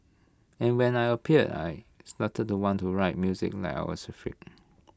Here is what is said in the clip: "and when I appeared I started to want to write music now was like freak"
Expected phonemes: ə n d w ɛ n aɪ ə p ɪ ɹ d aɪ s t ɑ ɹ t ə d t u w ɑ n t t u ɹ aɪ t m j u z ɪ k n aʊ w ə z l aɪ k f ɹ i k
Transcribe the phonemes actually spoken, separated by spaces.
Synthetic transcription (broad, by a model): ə n w ɛ n aɪ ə p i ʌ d aɪ s t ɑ t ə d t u w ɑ n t t u ɹ aɪ t m j u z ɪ k l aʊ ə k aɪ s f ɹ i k